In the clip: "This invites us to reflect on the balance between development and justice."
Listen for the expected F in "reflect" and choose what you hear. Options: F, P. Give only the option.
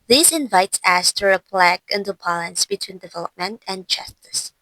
P